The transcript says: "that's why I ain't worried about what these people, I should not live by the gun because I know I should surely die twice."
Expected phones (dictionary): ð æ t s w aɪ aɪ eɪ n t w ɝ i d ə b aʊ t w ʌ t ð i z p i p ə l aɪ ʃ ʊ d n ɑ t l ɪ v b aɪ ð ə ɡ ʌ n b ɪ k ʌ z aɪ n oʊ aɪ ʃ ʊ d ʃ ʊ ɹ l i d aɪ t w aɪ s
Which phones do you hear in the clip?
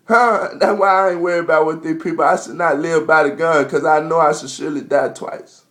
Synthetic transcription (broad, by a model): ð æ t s w aɪ aɪ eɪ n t w ɝ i ə b aʊ t w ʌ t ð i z p i p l aɪ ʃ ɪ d n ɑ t l ɪ v b aɪ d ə ɡ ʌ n k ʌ z aɪ n oʊ aɪ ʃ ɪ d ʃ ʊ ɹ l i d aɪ t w aɪ s